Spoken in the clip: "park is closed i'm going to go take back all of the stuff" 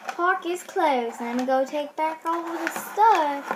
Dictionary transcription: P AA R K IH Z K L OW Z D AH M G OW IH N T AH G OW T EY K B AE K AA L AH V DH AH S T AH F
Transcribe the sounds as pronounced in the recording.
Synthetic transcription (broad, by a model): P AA R K IH Z K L OW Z AH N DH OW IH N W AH G OW T EY K B AE K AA W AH DH AH S T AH